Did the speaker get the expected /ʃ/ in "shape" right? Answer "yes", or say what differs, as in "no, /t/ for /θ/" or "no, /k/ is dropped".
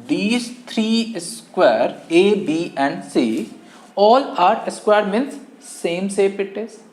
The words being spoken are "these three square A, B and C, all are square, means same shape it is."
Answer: no, /s/ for /ʃ/